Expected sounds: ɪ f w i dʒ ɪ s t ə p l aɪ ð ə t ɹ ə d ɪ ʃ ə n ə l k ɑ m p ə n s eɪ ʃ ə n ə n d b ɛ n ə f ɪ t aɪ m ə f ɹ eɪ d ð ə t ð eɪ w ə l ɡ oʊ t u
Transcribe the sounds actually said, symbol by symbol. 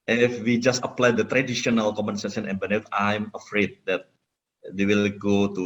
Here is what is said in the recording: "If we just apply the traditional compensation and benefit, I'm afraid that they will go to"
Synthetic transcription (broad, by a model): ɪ f w i dʒ ɪ s t ə p l aɪ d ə t ɹ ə d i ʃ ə n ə l k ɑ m ə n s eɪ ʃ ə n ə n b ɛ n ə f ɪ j m ə f ɹ eɪ d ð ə t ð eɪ w ə l ɡ oʊ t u